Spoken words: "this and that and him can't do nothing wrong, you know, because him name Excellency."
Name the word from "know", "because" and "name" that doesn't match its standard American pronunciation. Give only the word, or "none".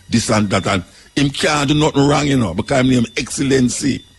because